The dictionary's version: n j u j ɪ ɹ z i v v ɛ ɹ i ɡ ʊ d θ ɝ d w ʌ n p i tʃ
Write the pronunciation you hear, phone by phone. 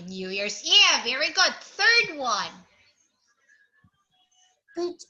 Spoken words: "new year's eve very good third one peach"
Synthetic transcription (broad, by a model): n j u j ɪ ɹ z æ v v ɛ ɹ i ɡ ʊ d θ ɝ d w ʌ n